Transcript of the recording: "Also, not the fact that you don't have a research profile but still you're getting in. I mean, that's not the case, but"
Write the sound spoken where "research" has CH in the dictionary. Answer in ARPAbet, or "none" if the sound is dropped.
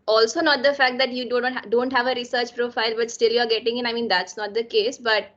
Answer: CH